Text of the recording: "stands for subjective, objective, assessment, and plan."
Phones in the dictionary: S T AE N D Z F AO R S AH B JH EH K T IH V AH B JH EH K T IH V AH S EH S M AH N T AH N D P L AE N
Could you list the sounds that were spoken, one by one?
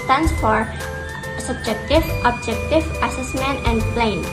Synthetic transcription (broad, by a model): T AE N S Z F AO R S AH B JH EH K T IH V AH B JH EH K T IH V AH S EH S M AH N T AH N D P L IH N